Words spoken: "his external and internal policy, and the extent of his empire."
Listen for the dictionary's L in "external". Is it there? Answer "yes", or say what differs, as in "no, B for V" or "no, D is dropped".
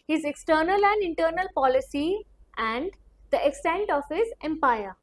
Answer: yes